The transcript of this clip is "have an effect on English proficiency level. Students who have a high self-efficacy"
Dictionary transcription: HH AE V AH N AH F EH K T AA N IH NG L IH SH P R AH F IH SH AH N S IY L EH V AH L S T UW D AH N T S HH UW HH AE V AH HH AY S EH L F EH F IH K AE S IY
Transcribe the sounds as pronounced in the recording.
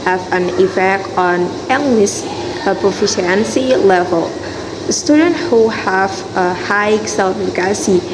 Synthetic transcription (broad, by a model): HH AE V AH N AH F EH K AA N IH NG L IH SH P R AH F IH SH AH N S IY L EH V AH L S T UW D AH N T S HH UW HH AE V AH HH AY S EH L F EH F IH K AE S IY